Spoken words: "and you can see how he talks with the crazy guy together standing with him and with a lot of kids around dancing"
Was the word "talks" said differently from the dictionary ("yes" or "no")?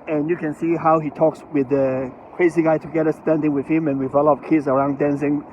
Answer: no